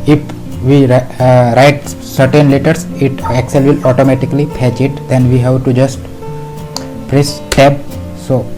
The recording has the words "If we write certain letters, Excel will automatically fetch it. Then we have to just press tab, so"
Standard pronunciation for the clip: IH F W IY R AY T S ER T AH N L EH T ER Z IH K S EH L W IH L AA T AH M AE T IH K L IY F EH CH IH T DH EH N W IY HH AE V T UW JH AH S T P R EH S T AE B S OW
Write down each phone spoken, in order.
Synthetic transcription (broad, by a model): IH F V IY R AY T S ER T AH N L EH T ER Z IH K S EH L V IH L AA T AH M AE T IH K L IY P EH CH IH T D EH N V IY HH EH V T UW JH AH S T P R EH S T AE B S OW